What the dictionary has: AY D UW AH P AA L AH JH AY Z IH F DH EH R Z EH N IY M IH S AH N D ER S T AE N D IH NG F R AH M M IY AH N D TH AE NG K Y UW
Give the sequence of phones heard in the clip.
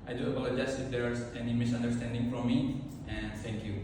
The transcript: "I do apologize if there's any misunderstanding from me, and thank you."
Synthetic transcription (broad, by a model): AY D UW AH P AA L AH JH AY S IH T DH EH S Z EH N IY M IH S AH N D ER S T AE N D IH NG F R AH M M IY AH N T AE NG K Y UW